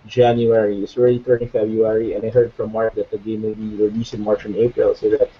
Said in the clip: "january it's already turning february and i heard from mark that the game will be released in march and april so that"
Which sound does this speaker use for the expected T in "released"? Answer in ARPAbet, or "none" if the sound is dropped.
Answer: none